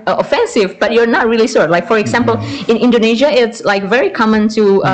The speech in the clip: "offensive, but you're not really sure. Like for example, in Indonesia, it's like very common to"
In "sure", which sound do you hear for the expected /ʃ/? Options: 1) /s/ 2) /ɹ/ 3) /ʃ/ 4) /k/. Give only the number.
1